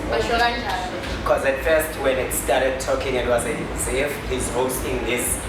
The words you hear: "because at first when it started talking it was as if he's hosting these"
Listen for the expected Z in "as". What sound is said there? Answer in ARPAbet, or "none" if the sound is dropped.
S